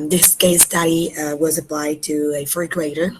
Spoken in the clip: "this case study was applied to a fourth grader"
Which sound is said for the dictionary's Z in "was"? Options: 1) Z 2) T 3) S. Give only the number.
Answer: 1